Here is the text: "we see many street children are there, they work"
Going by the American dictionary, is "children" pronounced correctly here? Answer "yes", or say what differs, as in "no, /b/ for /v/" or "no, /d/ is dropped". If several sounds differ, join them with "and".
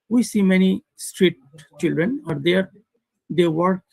yes